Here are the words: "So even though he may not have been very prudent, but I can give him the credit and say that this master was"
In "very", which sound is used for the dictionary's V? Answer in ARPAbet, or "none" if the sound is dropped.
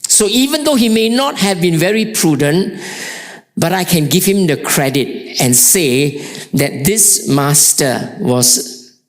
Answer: V